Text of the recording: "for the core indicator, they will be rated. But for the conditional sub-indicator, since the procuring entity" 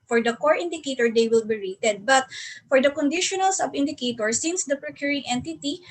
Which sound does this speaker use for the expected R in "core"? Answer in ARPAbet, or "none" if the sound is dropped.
R